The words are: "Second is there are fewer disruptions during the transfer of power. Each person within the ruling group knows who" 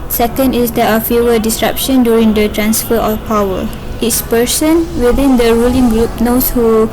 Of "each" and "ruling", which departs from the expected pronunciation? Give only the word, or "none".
each